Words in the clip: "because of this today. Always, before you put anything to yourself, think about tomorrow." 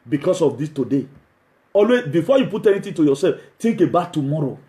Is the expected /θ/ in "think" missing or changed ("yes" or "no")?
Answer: yes